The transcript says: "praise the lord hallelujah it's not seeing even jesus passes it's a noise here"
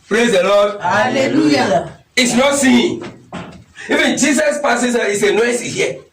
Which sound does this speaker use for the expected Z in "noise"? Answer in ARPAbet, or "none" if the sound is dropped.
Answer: S